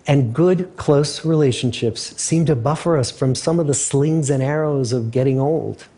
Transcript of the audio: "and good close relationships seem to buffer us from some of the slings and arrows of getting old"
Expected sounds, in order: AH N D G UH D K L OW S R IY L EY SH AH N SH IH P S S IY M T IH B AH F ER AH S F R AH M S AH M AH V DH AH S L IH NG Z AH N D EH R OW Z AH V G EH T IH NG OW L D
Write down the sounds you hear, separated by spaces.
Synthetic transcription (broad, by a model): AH N G UH D K L OW S R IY L EY SH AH N SH IH P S S IY M T IH B AH F ER AH S F R AH M S AH M AH V DH AH S L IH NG Z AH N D EH R OW Z AH V G EH T IH NG OW L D